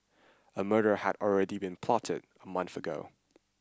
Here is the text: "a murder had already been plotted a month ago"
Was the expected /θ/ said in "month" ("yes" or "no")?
yes